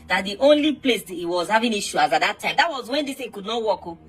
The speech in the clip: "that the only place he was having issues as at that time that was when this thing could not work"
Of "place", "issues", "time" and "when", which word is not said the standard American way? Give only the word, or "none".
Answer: issues